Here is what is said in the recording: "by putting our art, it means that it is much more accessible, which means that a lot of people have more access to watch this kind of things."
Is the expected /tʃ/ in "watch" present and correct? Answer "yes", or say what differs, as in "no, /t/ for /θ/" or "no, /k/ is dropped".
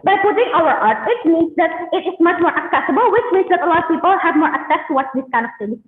no, /s/ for /tʃ/